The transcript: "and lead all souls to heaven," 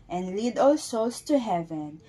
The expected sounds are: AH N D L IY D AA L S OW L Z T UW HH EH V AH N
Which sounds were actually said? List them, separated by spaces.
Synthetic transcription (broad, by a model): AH N D L IY D AA L S OW L S T UW HH EH V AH N